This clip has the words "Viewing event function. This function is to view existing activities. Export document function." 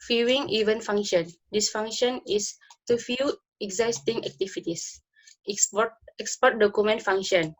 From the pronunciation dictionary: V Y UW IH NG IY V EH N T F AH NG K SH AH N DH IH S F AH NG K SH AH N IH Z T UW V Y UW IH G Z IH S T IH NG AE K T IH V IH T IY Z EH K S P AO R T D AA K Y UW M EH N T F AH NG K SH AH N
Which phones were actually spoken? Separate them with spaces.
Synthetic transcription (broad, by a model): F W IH NG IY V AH N F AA NG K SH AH N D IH S F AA NG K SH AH N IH S T UW F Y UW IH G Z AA S T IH NG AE K T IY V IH T IY S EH K S P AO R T D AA K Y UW M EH N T F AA NG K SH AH N